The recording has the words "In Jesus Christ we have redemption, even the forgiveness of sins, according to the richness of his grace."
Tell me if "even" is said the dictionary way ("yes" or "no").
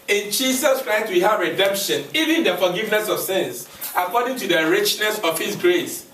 yes